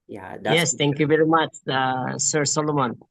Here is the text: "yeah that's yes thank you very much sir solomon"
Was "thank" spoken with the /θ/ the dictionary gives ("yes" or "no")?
no